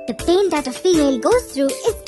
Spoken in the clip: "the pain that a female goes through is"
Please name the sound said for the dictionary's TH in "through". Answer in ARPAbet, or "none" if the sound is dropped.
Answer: T